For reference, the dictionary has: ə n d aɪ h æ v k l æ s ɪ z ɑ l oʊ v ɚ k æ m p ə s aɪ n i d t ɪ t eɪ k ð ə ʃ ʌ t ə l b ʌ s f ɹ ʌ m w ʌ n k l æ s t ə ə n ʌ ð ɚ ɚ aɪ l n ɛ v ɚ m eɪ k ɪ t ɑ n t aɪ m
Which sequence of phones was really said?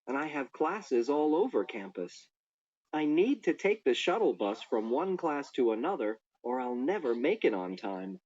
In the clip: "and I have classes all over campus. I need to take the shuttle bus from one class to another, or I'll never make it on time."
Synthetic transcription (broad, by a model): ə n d aɪ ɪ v k l æ s ɪ z ɑ l oʊ v ɚ k æ m p ə s aɪ n i d t ɪ t eɪ k ð ə ʃ ʌ t l b ʌ s f ɹ ʌ m w ʌ n k l æ s t ə ə n ʌ ð ɚ ɚ aɪ l n ɛ v ɚ m eɪ k ɪ t n t aɪ m